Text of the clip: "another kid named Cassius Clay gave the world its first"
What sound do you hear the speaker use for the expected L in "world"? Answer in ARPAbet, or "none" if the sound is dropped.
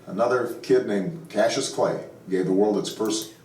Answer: L